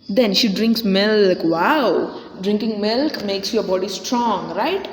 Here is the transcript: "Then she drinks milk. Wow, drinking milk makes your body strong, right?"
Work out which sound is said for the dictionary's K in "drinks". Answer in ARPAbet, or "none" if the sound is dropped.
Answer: K